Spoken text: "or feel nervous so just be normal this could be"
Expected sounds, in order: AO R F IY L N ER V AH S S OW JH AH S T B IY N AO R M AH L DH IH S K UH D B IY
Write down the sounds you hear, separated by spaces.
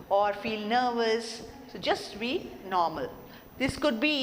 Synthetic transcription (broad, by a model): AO R F IY L N ER V AH S S OW JH AH S T B IY N AO R M AH L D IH S K UH D B IY